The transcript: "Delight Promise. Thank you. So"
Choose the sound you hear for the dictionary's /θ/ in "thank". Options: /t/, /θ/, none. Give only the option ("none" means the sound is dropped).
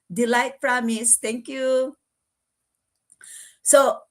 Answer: /t/